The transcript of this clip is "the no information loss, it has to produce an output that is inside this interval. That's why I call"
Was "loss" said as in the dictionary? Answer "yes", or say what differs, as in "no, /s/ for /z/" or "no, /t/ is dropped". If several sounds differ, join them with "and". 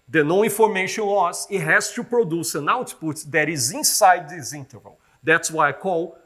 no, /w/ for /l/